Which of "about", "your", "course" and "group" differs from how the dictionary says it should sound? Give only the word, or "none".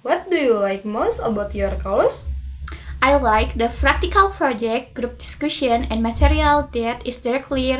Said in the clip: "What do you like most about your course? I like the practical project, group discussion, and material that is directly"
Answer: course